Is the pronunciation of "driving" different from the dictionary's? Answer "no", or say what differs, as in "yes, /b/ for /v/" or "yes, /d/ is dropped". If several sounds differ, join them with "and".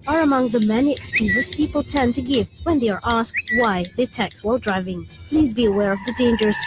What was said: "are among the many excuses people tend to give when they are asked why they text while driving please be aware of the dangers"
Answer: no